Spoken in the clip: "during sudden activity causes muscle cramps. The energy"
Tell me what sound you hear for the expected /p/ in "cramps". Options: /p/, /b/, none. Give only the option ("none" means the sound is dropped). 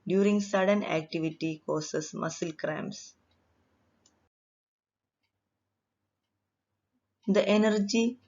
none